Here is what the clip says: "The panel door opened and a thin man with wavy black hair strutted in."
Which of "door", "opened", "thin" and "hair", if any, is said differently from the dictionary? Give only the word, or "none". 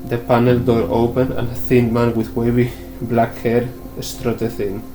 opened